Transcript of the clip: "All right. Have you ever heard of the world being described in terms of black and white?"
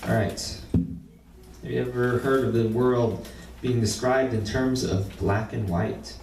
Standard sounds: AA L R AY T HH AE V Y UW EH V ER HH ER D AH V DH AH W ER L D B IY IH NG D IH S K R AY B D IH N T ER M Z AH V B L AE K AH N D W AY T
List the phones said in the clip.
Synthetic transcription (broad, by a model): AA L R AY T HH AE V Y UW EH V ER HH ER D AH V DH AH W ER L D B IY IH NG D IH S K R AY B D IH N T ER M Z AH V B L AE K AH N W AY T